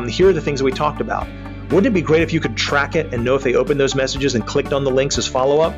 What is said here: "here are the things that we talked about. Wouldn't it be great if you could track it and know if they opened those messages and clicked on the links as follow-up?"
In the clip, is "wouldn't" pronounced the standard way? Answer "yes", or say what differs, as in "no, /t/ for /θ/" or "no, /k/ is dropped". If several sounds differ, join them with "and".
no, /t/ is dropped